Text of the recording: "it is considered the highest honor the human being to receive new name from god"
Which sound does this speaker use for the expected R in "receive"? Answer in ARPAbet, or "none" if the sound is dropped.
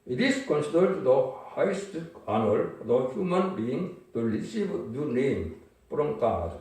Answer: L